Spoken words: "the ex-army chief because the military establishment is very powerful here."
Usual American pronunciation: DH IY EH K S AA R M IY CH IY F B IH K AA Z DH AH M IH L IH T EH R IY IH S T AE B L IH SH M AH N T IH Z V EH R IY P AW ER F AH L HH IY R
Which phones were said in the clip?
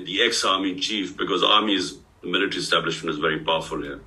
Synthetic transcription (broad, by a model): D IY EH K S AA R M IY CH IY F B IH K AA Z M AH M IH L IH T R IY IH S T AE B L IH SH M AH N T IH Z V EH R IY P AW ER F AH L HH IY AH